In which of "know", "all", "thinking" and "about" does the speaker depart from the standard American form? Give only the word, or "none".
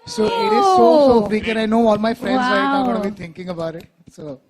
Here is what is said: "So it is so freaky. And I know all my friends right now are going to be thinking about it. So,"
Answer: thinking